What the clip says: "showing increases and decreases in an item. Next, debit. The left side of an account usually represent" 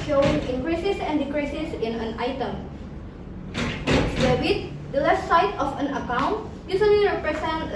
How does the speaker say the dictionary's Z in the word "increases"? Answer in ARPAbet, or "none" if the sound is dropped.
S